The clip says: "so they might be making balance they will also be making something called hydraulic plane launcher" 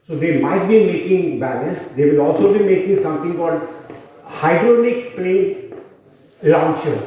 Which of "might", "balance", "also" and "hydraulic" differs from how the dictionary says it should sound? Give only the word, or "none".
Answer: hydraulic